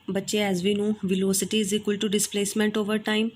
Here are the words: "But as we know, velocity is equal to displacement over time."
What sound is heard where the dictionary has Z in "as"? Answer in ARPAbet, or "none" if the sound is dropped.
Z